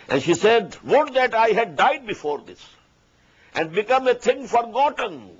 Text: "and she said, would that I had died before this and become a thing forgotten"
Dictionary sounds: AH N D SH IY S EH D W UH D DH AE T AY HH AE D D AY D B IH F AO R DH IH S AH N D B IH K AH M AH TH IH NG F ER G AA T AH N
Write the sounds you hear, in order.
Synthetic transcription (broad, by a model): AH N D SH IY S EH D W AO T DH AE T AY HH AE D D AY D B IH F AO R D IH S AH N D B IH K AH M AH T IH NG F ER G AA T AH N